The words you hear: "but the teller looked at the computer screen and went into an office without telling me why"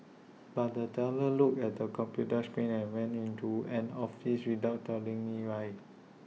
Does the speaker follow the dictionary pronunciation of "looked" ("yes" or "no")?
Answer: no